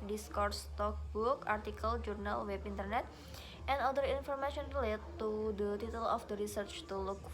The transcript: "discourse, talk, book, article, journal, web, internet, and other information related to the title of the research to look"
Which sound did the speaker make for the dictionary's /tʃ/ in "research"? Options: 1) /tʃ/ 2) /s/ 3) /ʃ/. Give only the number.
1